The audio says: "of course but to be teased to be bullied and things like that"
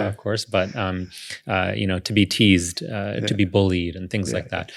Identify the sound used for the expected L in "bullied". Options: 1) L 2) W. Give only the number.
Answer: 1